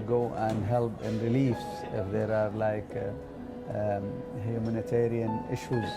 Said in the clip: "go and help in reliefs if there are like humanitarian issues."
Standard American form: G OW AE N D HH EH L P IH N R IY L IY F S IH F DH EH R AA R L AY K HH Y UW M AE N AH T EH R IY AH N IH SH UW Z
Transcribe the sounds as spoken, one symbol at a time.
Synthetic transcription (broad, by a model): G OW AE N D HH EH L P IH N R IY L IY F S IH F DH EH R AA R L AY K HH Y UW M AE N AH T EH R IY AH N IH SH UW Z